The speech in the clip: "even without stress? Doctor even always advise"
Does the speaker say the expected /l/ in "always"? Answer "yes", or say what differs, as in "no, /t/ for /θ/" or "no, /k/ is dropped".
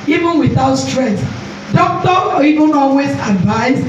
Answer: yes